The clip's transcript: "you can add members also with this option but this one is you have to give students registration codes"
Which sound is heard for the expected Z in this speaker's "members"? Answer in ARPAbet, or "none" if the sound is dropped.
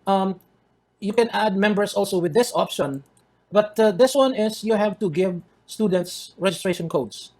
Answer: S